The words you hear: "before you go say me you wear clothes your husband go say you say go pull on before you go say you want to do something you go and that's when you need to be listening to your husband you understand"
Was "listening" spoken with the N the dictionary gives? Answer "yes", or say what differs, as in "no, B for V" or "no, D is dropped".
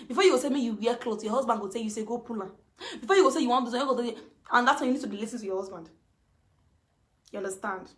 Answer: no, N is dropped